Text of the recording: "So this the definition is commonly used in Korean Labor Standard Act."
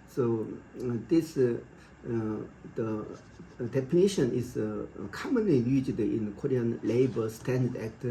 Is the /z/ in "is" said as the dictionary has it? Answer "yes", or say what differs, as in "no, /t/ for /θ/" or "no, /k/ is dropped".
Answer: no, /s/ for /z/